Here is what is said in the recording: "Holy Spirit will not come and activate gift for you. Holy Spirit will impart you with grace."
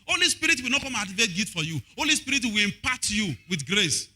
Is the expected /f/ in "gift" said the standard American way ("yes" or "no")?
no